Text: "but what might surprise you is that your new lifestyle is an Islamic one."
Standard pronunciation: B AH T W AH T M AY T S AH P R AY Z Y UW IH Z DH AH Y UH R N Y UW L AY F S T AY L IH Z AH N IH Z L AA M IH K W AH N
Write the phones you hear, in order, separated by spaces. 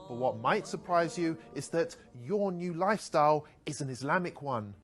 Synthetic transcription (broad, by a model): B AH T W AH T M AY T S AH P R AY Z Y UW IH Z DH AH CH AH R N Y UW L AY F S T AY L IH Z AH N IH Z L AA M IH K W AH N